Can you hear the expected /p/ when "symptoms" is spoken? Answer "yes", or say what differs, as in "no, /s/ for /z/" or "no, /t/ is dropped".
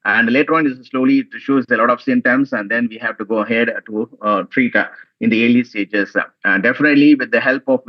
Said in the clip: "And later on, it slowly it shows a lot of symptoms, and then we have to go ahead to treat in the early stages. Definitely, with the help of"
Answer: no, /p/ is dropped